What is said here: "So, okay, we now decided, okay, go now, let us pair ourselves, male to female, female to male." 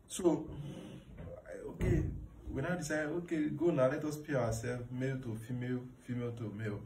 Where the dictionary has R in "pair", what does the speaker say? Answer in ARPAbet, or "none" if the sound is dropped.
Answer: W